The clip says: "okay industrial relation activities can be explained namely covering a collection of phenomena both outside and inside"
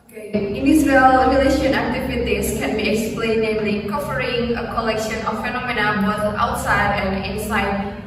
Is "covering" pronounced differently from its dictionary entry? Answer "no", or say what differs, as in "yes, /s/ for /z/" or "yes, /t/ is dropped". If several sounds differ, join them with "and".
yes, /f/ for /v/